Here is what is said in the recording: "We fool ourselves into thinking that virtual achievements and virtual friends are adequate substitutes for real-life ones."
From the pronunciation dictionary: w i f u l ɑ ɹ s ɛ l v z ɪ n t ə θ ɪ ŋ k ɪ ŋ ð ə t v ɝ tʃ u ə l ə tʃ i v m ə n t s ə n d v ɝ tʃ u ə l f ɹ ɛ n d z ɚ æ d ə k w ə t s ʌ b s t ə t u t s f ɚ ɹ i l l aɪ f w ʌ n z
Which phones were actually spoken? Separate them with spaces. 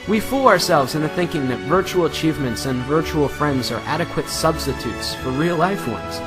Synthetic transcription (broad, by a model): w i f u l ɑ ɹ s ɛ l v z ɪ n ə θ ɪ ŋ k ɪ ŋ ð ə t v ɝ tʃ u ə l ə tʃ i v m ə n t s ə n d v ɝ tʃ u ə l f ɹ ɛ n d z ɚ æ d ə k w ə t s ʌ b s t ə t u t s f ɚ ɹ i l l aɪ f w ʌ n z